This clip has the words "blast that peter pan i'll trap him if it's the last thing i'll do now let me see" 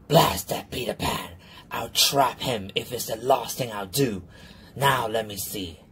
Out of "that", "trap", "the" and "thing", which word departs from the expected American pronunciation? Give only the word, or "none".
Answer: none